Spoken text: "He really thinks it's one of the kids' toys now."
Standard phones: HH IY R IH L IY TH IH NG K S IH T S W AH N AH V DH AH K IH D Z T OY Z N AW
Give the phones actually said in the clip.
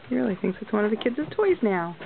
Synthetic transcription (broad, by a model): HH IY R IH L IY TH IH NG K S IH T S W AH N AH V DH AH K IH D Z T OY Z N AW